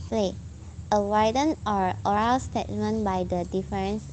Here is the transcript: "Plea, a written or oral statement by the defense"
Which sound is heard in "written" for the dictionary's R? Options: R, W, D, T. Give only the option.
W